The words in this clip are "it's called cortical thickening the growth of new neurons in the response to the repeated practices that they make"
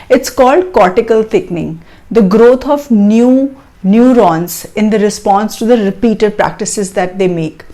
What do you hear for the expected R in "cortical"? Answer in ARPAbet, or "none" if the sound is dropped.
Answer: R